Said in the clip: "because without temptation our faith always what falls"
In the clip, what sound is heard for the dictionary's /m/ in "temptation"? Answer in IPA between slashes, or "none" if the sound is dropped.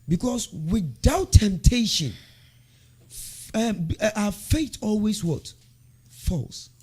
/m/